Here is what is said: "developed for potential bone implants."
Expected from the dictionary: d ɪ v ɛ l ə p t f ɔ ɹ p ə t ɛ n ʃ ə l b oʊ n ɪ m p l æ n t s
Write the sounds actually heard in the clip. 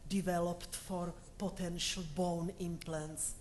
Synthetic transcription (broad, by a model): d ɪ v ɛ l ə p t f ɔ ɹ p ə t ɛ n ʃ ə l b oʊ n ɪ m p l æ n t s